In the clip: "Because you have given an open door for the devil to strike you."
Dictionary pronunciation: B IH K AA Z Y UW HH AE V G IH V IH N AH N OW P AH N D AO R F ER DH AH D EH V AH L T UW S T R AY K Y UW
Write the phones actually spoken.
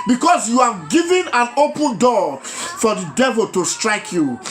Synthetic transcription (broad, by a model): B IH K AA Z Y UW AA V G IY V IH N AH N OW P AH N D AO F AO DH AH D EH V AH L T UW S T R AY K Y UW